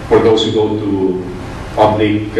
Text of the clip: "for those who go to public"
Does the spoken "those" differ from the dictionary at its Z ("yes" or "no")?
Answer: yes